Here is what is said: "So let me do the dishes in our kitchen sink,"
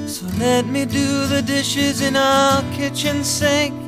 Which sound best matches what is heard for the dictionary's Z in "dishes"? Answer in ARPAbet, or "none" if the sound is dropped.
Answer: Z